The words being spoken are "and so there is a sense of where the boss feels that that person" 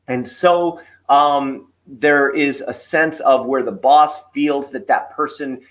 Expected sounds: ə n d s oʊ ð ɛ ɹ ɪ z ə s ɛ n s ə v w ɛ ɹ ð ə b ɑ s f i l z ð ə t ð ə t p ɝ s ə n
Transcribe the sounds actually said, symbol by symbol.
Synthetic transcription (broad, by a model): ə n s oʊ ð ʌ ɹ ɪ z ə s ɛ n s ə v w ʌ ɹ ð ə b ɑ s f i l z ð ə t ð ə t p ɝ s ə n